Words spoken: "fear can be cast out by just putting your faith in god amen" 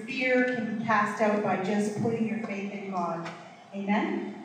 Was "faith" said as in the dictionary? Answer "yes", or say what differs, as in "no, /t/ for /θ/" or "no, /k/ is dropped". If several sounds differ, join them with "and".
yes